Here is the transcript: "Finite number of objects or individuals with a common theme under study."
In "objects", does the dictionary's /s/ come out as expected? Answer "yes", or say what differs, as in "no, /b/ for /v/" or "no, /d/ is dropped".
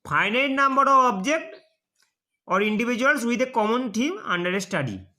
no, /s/ is dropped